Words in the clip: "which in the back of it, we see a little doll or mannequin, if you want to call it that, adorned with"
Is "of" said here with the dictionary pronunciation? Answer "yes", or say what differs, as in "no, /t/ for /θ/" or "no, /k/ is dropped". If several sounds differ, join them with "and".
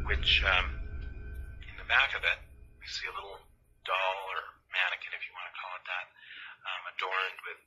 yes